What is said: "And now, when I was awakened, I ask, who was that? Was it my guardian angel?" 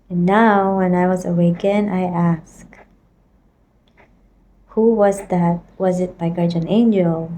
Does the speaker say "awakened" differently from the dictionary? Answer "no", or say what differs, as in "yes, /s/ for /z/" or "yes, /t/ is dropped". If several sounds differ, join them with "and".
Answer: yes, /d/ is dropped